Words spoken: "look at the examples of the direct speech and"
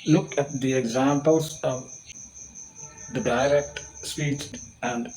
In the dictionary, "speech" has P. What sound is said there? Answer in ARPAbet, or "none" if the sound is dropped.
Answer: none